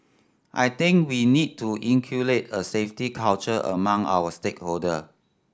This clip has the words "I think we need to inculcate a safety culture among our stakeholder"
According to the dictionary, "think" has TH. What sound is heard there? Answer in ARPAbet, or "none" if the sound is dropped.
T